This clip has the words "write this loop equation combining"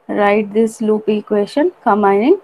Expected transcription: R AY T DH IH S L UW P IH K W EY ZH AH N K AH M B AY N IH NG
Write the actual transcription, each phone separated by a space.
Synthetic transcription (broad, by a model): R AY T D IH S L UW P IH K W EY SH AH N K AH M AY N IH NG